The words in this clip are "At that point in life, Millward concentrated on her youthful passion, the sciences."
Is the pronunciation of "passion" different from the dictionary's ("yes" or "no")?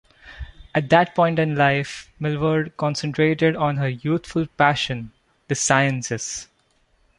no